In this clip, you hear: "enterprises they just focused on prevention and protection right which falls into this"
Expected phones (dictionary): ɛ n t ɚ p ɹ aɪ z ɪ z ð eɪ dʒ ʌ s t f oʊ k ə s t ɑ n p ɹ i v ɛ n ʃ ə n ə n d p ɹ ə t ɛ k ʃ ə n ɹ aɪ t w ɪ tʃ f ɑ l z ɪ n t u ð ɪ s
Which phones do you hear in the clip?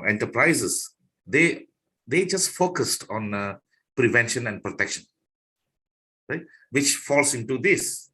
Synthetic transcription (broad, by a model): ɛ n t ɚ p ɹ aɪ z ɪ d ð eɪ dʒ ʌ s t f oʊ k ə s t ɑ n p ɹ i v ɛ n ʃ ə n ə n d p ɹ ə t ɛ k ʃ ə n ɹ aɪ t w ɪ tʃ f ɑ l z ɪ n t u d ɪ s